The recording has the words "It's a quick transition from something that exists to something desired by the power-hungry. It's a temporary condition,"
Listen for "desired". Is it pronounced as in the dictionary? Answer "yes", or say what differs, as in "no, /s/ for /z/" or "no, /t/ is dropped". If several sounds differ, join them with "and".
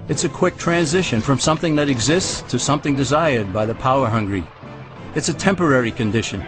yes